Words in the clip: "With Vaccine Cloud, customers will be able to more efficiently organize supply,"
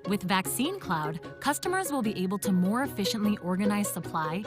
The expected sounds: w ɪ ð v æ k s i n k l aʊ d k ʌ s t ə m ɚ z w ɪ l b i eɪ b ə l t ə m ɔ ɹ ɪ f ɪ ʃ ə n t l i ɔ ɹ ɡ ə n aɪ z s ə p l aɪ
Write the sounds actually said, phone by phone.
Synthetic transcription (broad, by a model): w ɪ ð v æ k s i n k l aʊ d k ʌ s t ə m ɚ z w ɪ l b i eɪ b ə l t ə m ɔ ɹ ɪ f ɪ ʃ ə n t l i ɔ ɹ ɡ ə n aɪ z s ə p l aɪ